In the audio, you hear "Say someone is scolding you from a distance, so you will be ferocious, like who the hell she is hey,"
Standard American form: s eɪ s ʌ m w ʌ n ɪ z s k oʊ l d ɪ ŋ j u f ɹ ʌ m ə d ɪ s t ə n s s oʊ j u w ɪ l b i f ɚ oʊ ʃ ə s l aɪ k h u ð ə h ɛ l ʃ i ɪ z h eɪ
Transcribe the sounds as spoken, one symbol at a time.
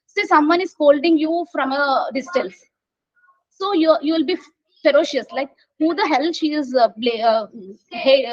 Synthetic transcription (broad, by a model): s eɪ s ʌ m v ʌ n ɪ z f oʊ l d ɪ ŋ j u f ɹ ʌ m ə d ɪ s t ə l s s oʊ j u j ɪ l b i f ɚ oʊ ʃ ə s l aɪ k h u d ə h ɛ l ʃ i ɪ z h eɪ